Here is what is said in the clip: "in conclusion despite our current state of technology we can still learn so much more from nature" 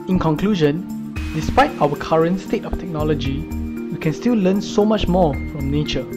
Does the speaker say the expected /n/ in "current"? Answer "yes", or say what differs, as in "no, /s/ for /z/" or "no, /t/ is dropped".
yes